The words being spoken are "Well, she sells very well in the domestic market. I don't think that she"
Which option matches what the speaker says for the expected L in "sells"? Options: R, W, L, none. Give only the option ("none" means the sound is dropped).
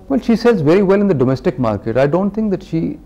none